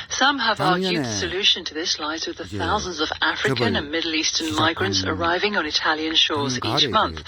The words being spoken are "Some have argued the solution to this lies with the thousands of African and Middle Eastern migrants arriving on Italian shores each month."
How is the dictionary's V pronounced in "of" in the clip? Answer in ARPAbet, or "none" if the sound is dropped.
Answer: V